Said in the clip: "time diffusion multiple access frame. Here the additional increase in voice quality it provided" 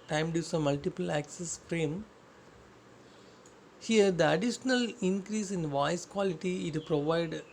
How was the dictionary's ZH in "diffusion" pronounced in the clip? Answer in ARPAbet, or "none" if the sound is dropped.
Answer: S